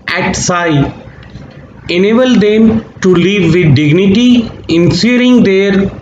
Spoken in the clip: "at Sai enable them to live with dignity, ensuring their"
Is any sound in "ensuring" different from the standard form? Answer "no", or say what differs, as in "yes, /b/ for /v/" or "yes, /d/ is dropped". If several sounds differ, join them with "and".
yes, /s/ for /ʃ/